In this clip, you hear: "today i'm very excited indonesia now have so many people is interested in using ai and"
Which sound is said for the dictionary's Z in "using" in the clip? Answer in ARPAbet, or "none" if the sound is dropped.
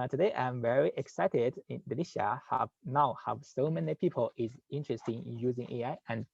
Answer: Z